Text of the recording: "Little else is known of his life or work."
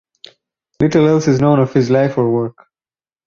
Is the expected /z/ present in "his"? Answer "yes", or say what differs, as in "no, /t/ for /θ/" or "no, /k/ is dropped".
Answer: yes